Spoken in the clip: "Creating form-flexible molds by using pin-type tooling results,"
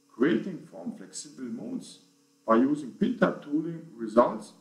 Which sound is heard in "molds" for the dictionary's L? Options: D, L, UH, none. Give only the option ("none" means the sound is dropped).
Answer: none